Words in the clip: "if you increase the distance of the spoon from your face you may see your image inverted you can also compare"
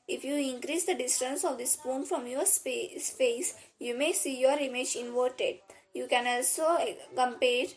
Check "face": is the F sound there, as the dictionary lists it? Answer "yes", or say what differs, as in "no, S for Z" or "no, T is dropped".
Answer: no, P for F